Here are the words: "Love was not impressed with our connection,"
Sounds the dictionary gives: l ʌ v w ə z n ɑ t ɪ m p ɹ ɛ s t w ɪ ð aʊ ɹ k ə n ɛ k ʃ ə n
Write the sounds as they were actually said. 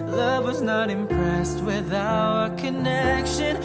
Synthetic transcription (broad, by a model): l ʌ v w ə z n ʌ t ɪ m p ɹ ɛ s t w ɪ ð aʊ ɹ k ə n ɛ k ʃ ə n